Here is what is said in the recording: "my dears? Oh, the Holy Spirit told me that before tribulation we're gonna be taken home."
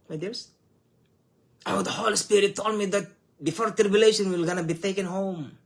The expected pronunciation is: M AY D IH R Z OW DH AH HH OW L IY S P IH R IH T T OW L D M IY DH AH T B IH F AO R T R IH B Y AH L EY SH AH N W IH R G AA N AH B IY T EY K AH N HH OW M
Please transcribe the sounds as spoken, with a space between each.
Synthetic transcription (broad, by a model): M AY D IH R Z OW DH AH HH OW L IY S P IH R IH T T OW L D M IY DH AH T B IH F AO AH T R IH B Y AH L EY SH AH N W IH L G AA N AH B IY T EY K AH N HH OW M